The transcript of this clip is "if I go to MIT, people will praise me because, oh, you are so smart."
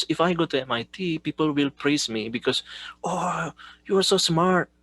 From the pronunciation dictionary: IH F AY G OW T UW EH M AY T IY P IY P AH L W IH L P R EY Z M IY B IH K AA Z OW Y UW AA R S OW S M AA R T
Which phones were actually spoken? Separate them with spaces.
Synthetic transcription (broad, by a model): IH F AY G OW T UW EH M AY T IY P IY P AH L W IH L P R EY S M IY B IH K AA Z OW Y UW AA R S OW S M AA R T